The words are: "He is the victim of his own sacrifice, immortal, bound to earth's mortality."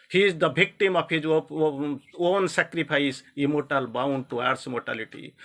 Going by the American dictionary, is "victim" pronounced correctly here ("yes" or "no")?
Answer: no